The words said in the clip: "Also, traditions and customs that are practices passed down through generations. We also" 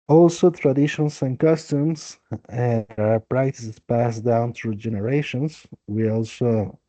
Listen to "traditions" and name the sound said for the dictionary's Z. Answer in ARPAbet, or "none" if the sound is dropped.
S